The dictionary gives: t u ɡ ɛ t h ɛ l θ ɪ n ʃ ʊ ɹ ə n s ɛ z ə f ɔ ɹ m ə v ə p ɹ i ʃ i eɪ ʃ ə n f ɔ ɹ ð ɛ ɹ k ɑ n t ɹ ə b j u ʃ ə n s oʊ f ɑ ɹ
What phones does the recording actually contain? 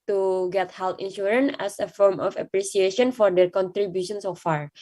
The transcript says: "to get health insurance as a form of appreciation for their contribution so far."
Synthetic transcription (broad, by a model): t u ɡ ɛ t h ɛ l t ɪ n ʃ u ɹ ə n ɛ s ə f ɔ ɹ m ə f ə p ɹ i s i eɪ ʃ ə n f ɔ ɹ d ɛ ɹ k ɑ n t ɹ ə b j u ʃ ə n s oʊ f ɑ ɹ